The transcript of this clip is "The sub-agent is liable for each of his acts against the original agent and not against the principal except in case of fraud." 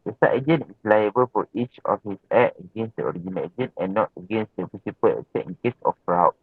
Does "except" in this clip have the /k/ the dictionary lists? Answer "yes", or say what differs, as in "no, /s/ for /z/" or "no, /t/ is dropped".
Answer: no, /k/ is dropped